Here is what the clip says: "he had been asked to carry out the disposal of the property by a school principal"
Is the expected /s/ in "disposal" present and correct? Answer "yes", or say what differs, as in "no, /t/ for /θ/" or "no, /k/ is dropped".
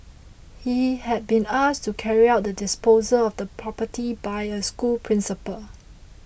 yes